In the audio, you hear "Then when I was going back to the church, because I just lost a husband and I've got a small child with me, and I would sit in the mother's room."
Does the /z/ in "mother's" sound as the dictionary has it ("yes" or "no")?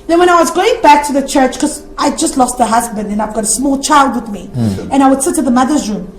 yes